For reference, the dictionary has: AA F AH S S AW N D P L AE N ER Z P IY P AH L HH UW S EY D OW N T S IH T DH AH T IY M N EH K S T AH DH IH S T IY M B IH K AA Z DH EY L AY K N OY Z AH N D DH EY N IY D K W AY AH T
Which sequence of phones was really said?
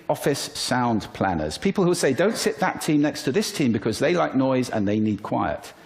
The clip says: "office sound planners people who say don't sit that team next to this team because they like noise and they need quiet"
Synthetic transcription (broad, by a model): AA F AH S S AW N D P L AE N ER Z P IY P AH L HH UW S EY D OW N T S IH T DH AH T IY M N EH K S T AH DH IH S T IY M B IH K AA Z DH EY L AY K N OY Z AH N DH EY N IY D K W AY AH T